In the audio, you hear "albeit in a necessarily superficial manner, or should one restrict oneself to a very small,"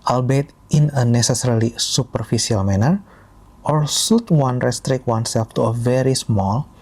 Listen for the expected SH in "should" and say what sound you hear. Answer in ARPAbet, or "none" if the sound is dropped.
S